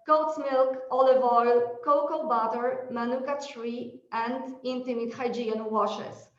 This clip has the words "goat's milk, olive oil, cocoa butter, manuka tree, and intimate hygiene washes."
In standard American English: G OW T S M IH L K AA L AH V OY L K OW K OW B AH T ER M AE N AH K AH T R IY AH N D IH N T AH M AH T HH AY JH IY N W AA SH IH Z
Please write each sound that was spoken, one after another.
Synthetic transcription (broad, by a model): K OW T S M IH L K AA L AH V OY L K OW K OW B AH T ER M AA N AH K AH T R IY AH N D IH N T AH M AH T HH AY JH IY N W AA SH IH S